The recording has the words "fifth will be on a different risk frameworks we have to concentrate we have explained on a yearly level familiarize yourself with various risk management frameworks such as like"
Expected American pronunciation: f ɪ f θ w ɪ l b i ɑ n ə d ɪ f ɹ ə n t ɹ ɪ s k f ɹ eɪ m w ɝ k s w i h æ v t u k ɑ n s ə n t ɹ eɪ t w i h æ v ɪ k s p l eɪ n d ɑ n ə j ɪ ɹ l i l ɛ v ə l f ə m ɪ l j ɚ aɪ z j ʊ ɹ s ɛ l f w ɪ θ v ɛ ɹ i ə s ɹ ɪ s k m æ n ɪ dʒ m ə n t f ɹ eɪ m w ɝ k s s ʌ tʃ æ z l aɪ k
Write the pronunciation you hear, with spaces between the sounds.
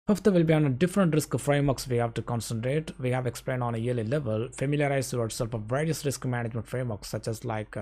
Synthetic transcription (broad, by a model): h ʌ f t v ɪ l b i ɑ n ə d ɪ f ɹ ə n t ɹ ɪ s k f ɹ eɪ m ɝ k s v i h æ v t u k ɑ n s ə n t ɹ eɪ t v i h æ v ɪ k s p l eɪ n d ɑ n ə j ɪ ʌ l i l ɛ v ə l f ə m ɪ l j ɚ aɪ z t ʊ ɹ s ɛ l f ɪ v ɛ ɹ i ə s ɹ ɪ s k m æ n ɪ dʒ m ə n t f ɹ eɪ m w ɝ k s s ʌ tʃ æ z l aɪ k